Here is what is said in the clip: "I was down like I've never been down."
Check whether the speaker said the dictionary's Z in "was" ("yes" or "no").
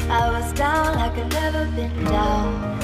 yes